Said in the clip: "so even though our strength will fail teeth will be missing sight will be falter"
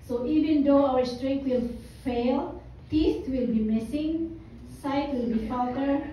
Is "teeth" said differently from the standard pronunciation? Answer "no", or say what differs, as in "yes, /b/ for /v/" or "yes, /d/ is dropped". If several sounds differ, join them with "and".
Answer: yes, /t/ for /θ/